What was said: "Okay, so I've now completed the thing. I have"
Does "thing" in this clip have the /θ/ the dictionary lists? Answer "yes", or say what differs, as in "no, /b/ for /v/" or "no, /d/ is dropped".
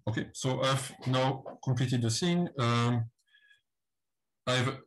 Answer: no, /s/ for /θ/